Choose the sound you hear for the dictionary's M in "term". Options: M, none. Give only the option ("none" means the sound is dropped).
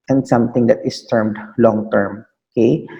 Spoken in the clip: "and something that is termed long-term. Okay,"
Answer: M